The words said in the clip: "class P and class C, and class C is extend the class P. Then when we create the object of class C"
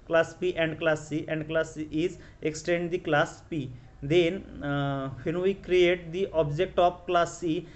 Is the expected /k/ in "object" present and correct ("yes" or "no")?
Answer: yes